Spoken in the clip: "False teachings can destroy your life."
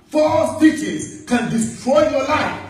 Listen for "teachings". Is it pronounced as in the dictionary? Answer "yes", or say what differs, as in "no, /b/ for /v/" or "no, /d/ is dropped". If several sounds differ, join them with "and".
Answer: no, /ŋ/ is dropped